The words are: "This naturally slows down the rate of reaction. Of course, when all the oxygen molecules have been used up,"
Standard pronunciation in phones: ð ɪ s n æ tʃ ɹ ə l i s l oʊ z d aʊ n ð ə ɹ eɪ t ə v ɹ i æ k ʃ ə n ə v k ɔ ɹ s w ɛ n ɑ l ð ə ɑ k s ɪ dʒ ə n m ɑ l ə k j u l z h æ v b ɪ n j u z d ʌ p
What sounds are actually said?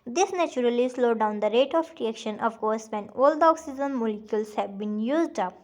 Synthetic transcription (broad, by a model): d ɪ s n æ tʃ ɹ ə l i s l oʊ d aʊ n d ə ɹ eɪ t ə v ɹ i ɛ k ʃ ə n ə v k ɔ ɹ s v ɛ n ɑ l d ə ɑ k s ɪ z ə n m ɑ l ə k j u l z h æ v b ɪ n j u z d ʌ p